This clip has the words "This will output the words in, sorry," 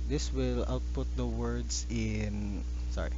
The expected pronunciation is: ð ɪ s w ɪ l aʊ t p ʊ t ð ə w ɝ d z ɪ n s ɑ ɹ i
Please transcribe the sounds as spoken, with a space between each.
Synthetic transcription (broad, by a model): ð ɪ s w ɪ l aʊ t p ʊ t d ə w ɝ d s ɪ n s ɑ ɹ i